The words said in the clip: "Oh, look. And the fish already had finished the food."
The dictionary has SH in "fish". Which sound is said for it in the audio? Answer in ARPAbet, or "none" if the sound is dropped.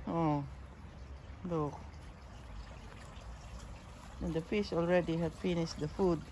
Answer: S